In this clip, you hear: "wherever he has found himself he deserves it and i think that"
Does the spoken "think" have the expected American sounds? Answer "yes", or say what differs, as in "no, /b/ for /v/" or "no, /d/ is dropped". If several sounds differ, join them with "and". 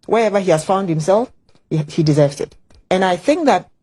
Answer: yes